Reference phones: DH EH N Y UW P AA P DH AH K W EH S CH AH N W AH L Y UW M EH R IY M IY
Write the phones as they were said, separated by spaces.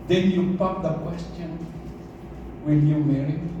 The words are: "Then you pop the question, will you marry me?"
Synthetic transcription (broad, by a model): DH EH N Y UW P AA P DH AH K W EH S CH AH N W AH N Y UW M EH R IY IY